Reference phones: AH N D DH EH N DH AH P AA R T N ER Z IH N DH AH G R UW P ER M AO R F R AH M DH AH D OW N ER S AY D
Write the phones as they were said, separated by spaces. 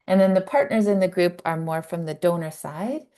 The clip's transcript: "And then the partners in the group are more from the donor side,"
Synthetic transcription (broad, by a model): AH N DH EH N DH AH P AA R T N ER Z IH N DH AH G R UW P ER M AO R F R AH M DH AH D OW N ER S AY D